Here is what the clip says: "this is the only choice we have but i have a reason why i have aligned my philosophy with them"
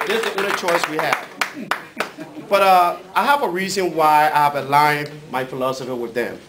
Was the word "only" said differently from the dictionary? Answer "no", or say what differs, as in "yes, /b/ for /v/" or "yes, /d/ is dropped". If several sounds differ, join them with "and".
yes, /l/ is dropped